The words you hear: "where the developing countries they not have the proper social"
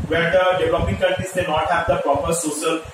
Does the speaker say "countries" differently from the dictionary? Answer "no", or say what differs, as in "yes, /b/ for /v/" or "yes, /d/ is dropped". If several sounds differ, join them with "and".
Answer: yes, /ɹ/ is dropped